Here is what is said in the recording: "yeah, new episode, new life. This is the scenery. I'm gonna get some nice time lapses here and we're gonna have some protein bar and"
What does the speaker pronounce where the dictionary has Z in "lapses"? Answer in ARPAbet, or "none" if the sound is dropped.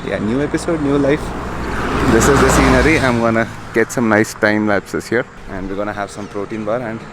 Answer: S